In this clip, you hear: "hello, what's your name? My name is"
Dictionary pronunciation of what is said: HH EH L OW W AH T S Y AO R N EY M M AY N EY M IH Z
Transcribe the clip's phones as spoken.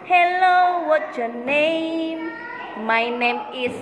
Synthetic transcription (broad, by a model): HH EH L OW W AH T Y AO N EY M M AY N EY M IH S